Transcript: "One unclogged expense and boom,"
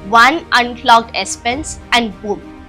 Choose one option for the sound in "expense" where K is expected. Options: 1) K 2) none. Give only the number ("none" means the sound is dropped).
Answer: 2